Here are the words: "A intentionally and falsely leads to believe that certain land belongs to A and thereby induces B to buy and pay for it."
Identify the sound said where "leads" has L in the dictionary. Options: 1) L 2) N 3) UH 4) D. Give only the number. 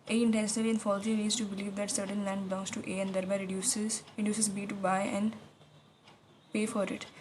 2